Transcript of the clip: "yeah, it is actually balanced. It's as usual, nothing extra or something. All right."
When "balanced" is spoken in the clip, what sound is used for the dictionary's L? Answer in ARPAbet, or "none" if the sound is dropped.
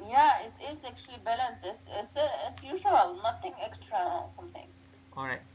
L